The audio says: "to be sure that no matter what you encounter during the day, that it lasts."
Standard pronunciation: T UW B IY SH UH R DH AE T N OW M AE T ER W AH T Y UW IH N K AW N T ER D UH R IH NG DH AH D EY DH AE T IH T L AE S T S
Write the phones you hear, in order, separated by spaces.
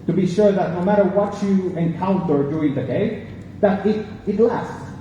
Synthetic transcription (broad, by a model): T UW B IY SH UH R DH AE T N OW M AE T ER W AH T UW IH N K AW N T ER D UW IH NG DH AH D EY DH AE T IH T L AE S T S